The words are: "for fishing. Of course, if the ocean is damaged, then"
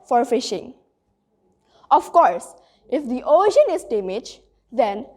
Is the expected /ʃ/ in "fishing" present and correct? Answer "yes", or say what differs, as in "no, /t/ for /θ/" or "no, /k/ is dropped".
yes